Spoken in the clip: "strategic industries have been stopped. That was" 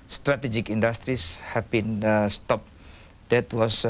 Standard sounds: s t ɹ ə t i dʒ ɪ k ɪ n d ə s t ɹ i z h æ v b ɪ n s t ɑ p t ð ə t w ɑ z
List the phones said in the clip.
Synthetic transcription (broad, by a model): s t ɹ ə t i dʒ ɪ k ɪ n d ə s t ɹ i s h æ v b ɪ n s t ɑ p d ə t w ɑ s